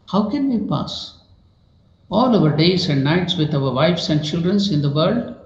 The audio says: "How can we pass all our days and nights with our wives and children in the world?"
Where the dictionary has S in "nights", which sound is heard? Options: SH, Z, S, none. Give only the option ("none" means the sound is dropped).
S